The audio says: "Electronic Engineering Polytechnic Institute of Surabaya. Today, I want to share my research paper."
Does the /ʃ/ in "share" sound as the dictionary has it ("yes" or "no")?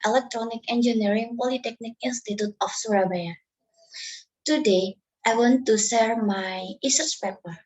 no